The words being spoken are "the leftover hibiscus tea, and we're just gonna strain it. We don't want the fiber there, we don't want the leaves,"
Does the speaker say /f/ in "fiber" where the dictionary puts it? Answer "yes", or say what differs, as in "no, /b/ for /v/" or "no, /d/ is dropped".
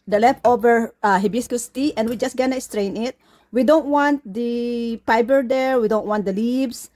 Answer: no, /p/ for /f/